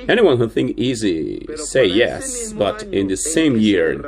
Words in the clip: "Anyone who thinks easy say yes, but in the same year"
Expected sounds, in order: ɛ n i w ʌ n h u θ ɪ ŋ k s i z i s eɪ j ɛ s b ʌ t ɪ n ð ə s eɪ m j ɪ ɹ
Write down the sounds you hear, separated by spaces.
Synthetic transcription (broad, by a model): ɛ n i w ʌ n h u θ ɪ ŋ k i z i s eɪ j ɛ s b ʌ t ɪ n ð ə s eɪ m j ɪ ɹ